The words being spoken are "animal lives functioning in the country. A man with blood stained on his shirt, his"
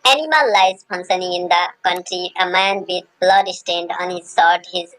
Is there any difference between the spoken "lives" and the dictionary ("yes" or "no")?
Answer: yes